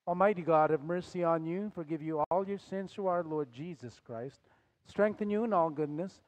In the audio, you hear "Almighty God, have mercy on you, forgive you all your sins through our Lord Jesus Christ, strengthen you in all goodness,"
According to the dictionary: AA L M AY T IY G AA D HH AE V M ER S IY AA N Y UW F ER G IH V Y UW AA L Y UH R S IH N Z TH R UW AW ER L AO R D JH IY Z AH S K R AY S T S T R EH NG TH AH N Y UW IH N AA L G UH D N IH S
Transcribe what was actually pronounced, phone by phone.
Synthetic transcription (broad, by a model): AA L M AY T IY G AA D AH V M ER S IY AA N Y UW F ER G IH V Y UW AA L Y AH R S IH N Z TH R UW AW ER L AO R D JH IY Z AH S K R AY S T S T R EH NG TH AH N Y UW IH N AA L G UH D N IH S